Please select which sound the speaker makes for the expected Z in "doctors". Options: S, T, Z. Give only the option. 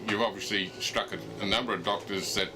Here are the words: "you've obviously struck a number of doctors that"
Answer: Z